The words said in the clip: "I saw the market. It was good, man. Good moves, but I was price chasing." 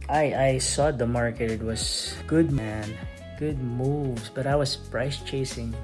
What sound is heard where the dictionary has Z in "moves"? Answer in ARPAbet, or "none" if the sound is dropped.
S